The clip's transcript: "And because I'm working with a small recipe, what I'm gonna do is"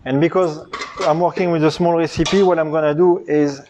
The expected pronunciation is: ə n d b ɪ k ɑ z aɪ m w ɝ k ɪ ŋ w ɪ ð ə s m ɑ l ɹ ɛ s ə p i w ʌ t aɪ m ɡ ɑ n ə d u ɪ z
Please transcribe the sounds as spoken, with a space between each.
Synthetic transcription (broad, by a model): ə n b ɪ k ɑ z aɪ m w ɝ k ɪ ŋ w ɪ ð ə s m ɑ l ɹ ɛ s ə p i w ʌ t aɪ m ɡ ɑ n ə d u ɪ z